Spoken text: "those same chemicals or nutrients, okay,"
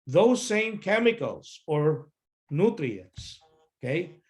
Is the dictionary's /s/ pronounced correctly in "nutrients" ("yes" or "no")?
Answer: yes